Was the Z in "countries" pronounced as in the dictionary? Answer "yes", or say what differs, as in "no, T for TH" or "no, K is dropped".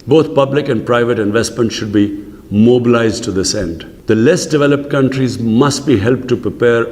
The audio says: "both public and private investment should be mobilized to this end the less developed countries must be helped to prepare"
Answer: yes